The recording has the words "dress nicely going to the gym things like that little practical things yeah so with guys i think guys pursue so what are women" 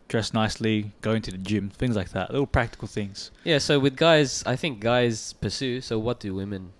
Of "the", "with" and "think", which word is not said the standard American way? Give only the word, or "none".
none